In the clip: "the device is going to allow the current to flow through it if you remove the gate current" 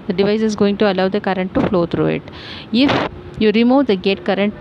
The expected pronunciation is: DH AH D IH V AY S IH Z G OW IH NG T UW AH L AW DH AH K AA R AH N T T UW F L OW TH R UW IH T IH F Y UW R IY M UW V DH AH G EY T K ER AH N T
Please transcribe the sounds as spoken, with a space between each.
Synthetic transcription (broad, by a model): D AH D IH V AY S IH Z G OW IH NG T UW AH L AW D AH K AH R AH N T T UW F L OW T R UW IH T IH F Y UW R IY M UW V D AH G EY T K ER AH N T